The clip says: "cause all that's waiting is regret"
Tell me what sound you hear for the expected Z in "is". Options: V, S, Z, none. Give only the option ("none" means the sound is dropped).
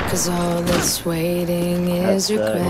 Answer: Z